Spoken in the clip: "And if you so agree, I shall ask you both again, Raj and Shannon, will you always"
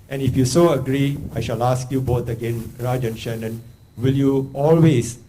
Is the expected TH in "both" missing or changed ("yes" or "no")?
yes